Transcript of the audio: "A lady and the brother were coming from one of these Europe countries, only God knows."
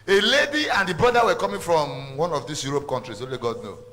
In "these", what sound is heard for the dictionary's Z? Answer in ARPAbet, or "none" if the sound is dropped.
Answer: S